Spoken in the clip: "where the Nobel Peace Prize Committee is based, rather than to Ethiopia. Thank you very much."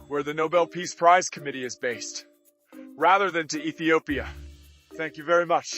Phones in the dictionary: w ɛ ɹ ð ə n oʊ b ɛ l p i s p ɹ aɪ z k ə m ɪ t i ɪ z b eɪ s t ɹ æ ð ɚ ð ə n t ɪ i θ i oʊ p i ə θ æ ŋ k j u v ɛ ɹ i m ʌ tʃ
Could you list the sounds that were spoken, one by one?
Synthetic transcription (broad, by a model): w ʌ ɹ ð ə n oʊ b ɛ l p i s p ɹ aɪ z k ə m ɪ t i ɪ z b eɪ s t ɹ æ ð ɚ ð ə n t ɪ i θ i oʊ p i ə θ æ ŋ k j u v ɛ ɹ i m ʌ tʃ